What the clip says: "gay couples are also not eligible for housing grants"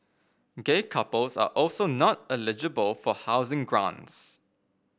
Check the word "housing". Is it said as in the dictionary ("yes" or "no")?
yes